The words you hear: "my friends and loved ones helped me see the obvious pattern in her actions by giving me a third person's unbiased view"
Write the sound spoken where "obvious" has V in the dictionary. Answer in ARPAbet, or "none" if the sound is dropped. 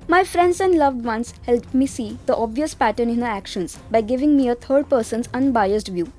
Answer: V